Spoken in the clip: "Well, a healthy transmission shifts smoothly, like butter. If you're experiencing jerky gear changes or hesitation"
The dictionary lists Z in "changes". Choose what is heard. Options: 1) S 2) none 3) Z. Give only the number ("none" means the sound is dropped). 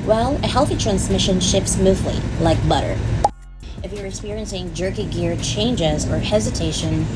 3